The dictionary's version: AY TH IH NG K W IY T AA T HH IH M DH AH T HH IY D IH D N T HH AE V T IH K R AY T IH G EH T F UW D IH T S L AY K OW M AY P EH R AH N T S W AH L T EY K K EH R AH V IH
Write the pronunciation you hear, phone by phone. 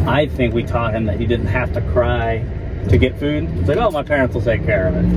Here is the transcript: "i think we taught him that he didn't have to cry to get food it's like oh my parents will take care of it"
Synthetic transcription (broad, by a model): AY TH IH NG K W IY T AA T HH IH M DH AH T HH IY D IH D N T HH AE F T IH K R AY T IH G EH T F UW D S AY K OW M AY P EH R AH N T S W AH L T EY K K EH R AH V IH